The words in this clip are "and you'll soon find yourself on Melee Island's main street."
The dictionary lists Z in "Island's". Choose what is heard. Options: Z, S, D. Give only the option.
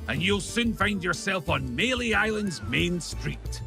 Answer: Z